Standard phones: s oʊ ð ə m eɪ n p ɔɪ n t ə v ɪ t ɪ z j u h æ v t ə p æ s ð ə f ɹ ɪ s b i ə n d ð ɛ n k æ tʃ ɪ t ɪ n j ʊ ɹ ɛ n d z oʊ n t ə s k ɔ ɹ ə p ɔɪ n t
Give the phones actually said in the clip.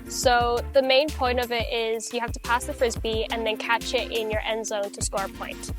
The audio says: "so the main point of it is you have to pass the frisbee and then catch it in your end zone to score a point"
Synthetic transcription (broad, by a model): s oʊ ð ə m eɪ n p ɔɪ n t ə v ɪ t ɪ z j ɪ h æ f t ə p æ s ð ə f ɹ ɪ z b i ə n ð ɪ n k æ tʃ ɪ t ɪ n j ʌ ɹ ɛ n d z oʊ n t ə s k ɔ ɹ p ɔɪ n t